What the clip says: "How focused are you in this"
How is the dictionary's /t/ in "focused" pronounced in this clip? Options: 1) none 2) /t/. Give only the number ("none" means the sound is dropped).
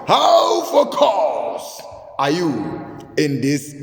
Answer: 1